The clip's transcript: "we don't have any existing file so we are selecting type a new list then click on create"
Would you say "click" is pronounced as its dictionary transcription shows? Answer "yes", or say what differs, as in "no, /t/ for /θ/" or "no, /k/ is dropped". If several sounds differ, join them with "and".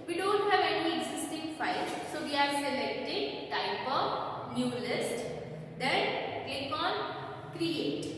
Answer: no, /l/ is dropped